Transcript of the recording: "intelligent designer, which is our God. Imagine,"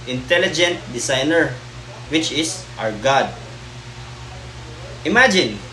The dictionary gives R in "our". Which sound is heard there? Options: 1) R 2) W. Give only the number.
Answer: 1